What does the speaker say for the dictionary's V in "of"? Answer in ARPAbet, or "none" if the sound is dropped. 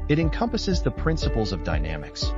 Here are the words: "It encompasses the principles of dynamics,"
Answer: V